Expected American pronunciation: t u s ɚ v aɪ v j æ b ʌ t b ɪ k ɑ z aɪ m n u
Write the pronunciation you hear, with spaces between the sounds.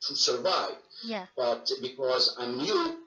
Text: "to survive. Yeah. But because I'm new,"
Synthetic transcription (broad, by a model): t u s ɚ v aɪ v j b ʌ t b ɪ k ɑ z aɪ m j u